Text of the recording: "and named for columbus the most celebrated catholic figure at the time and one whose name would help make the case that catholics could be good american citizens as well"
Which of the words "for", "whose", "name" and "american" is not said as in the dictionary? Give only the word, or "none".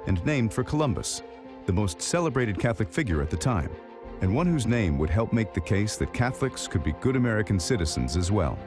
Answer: none